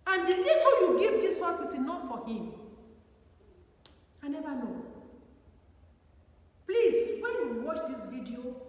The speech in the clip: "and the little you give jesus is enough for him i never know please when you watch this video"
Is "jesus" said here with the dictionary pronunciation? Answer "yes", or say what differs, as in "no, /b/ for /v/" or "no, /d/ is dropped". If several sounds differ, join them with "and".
no, /s/ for /z/